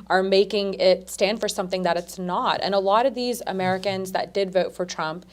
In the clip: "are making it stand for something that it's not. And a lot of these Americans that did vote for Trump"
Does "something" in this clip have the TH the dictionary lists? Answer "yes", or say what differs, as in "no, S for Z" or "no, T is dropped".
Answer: yes